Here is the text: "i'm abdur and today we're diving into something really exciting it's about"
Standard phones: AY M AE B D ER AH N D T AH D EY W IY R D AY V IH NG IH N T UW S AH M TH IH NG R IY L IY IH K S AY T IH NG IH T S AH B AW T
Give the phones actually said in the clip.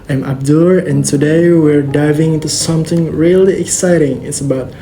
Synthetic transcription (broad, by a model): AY M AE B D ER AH N T AH D EY W IY R D AY V IH NG IH N T UW S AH M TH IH NG R IY L IY IH K S AY T IH NG IH T S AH B AW T